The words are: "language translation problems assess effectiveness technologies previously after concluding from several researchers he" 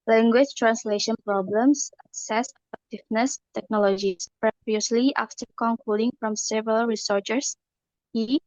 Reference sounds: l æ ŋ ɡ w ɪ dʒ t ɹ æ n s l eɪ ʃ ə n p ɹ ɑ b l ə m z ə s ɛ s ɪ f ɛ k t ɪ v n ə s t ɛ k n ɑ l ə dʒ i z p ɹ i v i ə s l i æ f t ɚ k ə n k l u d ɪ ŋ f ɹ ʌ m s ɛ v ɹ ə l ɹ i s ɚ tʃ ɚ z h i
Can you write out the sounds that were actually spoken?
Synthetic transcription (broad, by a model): l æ ŋ ɡ w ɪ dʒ t ɹ æ n s l eɪ ʃ ə n p ɹ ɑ b l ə m s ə s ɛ s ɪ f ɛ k t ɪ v n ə s t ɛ k n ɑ l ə dʒ i s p ɹ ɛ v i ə s l i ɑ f t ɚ k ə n k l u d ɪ ŋ f ɹ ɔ m s ɛ v ɹ ə l ɹ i s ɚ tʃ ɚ s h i